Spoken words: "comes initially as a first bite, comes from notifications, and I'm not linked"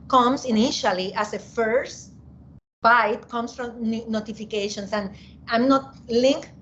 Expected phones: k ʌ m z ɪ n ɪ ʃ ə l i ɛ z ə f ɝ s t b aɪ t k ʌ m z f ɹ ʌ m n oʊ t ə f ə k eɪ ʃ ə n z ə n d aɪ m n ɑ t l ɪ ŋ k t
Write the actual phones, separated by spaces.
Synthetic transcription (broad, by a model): k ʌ m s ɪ n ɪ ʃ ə l i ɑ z ə f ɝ s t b aɪ t k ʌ m s f ɹ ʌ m n oʊ t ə f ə k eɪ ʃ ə n s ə n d aɪ m n ɑ t l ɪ ŋ k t